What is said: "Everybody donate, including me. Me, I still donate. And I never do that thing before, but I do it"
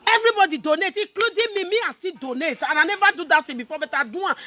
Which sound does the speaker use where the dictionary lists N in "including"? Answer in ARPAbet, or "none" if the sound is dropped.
none